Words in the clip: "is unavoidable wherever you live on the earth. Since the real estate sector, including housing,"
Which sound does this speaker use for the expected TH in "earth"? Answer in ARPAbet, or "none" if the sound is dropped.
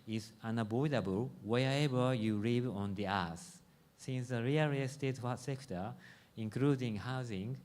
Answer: S